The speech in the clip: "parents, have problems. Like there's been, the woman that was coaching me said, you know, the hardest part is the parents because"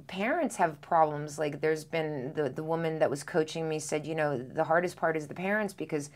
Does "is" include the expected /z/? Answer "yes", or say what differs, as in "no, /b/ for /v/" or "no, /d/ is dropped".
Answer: yes